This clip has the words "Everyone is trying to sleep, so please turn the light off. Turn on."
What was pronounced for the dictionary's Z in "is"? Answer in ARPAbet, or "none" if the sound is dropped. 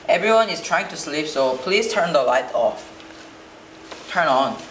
S